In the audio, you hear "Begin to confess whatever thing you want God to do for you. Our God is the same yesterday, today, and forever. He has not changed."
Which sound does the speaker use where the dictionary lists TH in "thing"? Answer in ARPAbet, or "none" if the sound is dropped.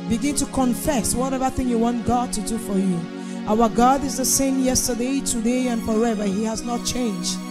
TH